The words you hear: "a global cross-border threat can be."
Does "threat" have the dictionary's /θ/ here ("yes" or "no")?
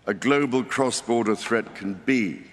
yes